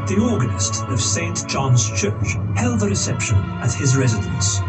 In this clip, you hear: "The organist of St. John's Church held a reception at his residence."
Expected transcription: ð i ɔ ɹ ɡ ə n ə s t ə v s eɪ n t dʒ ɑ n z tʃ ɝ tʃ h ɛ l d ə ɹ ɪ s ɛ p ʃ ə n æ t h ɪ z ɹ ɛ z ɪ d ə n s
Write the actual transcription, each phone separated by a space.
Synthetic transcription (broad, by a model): ð i ɔ ɹ ɡ ə n ə s t ə v s eɪ n t dʒ ɑ n z tʃ ɝ tʃ h ɛ l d ə ɹ ɪ s ɛ p ʃ ə n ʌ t h ɪ z ɹ ɛ z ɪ d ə n s